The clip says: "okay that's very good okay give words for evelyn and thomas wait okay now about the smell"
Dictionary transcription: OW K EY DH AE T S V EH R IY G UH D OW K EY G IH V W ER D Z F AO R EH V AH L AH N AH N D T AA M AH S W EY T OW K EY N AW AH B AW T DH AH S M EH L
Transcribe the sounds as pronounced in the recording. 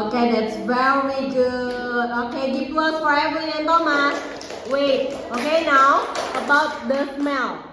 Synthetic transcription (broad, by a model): OW K EY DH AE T S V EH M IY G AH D OW K EY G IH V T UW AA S F AO R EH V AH AH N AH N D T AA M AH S W EY T OW K EY N AW AH B AW T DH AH S M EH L